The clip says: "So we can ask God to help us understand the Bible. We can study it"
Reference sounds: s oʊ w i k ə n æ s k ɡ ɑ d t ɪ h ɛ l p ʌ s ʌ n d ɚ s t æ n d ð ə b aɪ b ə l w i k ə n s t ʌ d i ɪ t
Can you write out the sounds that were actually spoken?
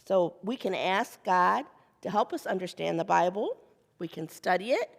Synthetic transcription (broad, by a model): s oʊ w i k ə n æ s k ɡ ɑ d t ɪ h ɛ l p ʌ s ʌ n d ɚ s t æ n ð ə b aɪ b l w i k ə n s t ʌ d i ɪ t